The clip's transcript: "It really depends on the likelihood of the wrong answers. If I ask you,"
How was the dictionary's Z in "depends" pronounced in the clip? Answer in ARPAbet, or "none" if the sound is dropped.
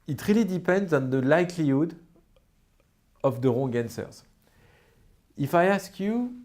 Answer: Z